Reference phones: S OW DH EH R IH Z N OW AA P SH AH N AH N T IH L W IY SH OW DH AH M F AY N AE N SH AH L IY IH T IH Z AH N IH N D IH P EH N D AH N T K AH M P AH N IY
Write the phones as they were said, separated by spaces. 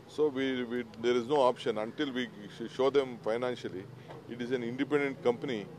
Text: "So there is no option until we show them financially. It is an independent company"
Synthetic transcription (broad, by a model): S OW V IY R IH Z N OW AA P SH AH N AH N T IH L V IY SH OW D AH M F AY N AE N SH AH L IY IH T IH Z AH N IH N D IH P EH N D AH N T K AH M P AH N IY